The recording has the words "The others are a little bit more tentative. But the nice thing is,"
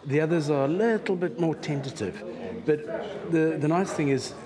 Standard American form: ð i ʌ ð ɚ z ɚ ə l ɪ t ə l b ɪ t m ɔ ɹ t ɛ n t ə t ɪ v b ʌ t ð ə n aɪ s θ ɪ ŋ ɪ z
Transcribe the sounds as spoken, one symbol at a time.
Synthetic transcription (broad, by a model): ð i ʌ ð ɚ z ɚ ə l ɪ t l b ɪ t m ɔ ɹ t ɛ n t ə t ɪ v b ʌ t ð ə n aɪ s θ ɪ ŋ ɪ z